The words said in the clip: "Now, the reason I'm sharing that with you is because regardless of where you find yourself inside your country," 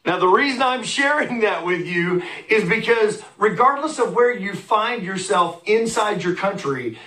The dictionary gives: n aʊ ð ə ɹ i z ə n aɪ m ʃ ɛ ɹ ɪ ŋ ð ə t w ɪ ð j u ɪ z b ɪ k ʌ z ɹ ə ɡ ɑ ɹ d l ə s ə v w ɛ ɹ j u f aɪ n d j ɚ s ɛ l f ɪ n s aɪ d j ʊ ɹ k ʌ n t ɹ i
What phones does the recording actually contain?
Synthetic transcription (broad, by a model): n aʊ ð ə ɹ i z ə n aɪ m ʃ ɛ ɹ ɪ ŋ ð ə t w ɪ ð j u ɪ z b ɪ k ʌ z ɹ ə ɡ ɑ ɹ d l ə s ə v w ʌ ɹ j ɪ f aɪ n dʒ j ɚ s ɛ l f ɪ n s aɪ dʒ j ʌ ɹ k ʌ n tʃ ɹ i